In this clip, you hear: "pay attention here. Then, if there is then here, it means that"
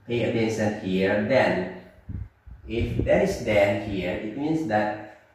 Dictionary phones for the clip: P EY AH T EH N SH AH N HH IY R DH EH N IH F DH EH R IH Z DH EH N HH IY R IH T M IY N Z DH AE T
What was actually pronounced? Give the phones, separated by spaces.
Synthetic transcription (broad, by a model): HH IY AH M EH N S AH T HH IY R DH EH N IH F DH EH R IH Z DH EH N HH IY R IH T M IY N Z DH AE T